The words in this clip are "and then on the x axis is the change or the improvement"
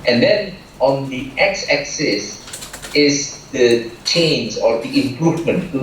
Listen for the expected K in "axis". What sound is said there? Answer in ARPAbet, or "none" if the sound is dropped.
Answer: K